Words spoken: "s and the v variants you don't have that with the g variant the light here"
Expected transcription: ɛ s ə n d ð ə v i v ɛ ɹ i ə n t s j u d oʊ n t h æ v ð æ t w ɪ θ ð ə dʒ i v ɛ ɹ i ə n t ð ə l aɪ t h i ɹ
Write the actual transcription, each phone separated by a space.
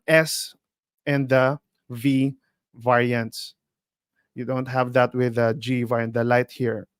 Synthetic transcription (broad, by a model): ɛ s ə n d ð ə v i v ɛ ɹ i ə n t s j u d oʊ n t h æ v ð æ t w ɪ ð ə dʒ i v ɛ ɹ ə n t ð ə l aɪ t h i ɹ